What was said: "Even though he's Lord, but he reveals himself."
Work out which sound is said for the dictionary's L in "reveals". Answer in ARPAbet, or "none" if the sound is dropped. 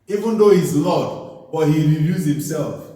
none